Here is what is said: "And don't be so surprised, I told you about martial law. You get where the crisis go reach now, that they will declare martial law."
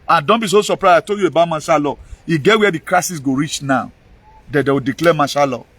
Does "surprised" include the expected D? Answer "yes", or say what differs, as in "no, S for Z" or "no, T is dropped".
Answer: no, D is dropped